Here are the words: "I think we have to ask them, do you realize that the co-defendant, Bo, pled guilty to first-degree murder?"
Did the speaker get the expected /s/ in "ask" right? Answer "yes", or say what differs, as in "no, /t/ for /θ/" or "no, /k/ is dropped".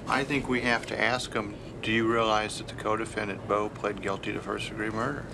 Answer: yes